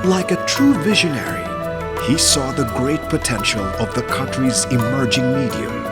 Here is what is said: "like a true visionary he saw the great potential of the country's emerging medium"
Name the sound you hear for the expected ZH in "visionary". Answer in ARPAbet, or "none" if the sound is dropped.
ZH